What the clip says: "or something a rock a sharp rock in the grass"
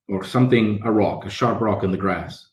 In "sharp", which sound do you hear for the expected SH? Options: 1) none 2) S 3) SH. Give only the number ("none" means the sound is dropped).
3